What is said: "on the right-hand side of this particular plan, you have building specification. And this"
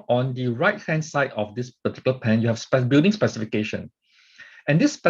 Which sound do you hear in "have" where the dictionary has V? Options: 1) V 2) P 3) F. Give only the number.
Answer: 2